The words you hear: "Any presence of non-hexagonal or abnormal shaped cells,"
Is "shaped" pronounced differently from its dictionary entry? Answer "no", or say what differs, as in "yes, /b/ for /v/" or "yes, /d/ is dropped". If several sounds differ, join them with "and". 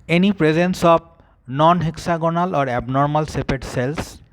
yes, /s/ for /ʃ/